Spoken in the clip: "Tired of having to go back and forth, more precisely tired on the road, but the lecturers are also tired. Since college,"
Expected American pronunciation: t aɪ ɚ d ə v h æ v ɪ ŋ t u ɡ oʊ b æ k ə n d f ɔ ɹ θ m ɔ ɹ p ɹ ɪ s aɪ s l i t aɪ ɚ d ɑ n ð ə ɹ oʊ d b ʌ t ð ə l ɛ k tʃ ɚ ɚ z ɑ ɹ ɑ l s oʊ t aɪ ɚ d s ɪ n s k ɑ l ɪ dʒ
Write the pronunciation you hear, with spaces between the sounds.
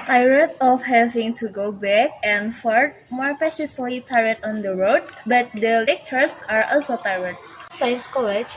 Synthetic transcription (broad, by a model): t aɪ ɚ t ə f h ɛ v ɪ ŋ t u ɡ oʊ b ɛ k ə n f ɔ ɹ t m ɔ ɹ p ɪ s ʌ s l i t aɪ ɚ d ɑ n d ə ɹ oʊ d b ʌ t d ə l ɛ k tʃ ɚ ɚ s ɑ ɹ ɑ l s oʊ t aɪ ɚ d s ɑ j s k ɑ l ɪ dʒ